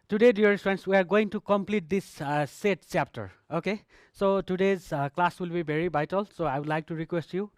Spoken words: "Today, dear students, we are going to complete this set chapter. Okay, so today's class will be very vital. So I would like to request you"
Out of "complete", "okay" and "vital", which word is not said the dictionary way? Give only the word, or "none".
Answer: vital